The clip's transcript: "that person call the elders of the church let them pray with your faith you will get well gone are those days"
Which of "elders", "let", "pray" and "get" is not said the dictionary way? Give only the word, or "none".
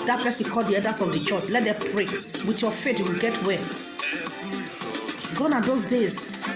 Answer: elders